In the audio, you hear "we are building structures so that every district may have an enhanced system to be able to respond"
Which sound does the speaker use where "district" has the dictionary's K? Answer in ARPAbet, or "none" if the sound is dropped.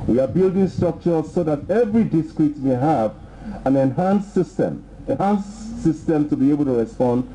none